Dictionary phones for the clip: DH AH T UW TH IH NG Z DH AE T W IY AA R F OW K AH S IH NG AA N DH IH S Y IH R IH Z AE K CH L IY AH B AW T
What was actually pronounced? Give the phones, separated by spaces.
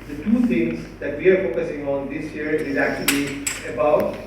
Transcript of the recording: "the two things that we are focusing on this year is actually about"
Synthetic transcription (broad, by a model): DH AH T UW T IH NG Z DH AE T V IY AA R F OW K AH S IH NG AA N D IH S Y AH R IH Z AE K CH L IY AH B AW T